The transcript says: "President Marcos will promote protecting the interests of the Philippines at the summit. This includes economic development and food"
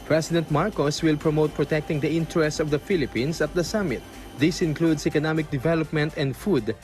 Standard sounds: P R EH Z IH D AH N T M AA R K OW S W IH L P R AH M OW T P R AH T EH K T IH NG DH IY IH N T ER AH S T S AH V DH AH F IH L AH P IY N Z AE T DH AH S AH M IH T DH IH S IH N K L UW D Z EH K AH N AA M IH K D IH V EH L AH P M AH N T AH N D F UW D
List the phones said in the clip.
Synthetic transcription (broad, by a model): P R EH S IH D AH N T M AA R K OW S W IH L P R AH M OW T P R AH T EH K T IH NG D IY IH N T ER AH S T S AH V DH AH F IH L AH P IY N S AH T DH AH S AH M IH T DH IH S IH N K L UW D S EH K AH N AA M IH K D IH V EH L AH P M AH N T AH N D F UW D